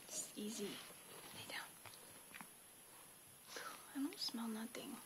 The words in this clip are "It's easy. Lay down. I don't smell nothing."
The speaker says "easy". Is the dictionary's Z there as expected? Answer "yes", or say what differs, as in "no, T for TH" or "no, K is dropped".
yes